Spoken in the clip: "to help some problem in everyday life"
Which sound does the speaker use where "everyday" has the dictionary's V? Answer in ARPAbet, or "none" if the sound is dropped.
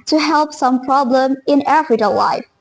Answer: F